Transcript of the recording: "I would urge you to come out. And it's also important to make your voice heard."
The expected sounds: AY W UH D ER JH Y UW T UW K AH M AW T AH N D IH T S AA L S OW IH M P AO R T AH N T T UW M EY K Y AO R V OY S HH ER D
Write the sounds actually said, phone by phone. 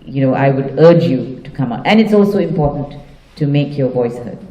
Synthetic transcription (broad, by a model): AY W UH D ER JH Y UW T UW K AH M AW T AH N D IH T S AA L S OW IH M P AO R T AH N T T UW M EY K Y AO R V OY S HH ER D